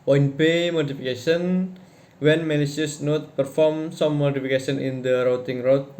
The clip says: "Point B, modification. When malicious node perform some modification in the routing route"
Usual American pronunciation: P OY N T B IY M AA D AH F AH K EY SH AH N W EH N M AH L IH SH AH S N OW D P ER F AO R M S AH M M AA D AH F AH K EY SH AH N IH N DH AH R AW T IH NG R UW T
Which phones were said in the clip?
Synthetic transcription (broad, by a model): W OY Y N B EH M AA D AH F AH K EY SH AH N W EH N M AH N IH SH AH S N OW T P ER F AO R M S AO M M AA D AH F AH K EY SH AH N IH N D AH R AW T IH NG R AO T